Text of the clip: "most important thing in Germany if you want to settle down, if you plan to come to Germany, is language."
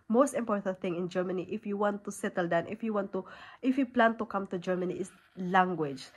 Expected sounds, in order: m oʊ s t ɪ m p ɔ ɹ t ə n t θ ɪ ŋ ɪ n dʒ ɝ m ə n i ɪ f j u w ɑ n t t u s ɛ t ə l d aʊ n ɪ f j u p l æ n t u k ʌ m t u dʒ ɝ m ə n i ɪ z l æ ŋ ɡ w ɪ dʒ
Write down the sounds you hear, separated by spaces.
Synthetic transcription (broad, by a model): m oʊ s t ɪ m p ɔ ɹ t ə n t θ ɪ ŋ ɪ n dʒ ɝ m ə n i ɪ f j u w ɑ n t t u s ɛ t ə l d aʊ n ɪ f j u p l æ n t u k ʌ m t u dʒ ɝ m ə n i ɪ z l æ ŋ ɡ w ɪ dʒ